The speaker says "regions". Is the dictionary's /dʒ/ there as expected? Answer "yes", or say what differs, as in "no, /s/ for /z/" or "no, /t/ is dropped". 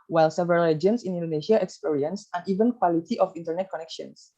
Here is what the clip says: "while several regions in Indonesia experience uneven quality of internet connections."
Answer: no, /dʒ/ is dropped